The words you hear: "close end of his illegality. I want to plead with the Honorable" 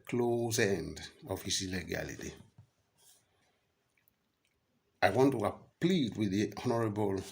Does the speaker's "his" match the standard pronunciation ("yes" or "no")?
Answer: no